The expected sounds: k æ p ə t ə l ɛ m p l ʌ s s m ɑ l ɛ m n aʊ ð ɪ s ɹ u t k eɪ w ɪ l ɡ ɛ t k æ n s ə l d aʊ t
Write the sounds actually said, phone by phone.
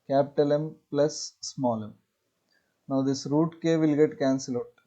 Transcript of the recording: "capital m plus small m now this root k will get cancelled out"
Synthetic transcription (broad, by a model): k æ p t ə l ɛ m p l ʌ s s m ɑ l ɛ m n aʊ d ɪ s ɹ u t k eɪ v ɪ l ɡ ɛ t k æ n s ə l ɛ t